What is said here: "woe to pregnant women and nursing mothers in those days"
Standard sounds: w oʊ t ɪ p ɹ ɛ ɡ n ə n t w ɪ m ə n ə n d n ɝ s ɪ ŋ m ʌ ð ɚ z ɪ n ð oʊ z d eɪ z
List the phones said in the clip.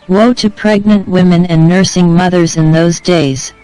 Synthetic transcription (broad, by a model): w oʊ t ɪ p ɹ ɛ ɡ n ə n t w ɪ m ə n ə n n ɝ s ɪ ŋ m ʌ ð ɚ z ɪ n ð oʊ z d eɪ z